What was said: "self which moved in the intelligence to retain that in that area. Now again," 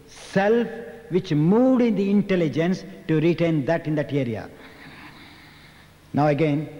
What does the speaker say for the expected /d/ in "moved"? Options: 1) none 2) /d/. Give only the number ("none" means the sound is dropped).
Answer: 2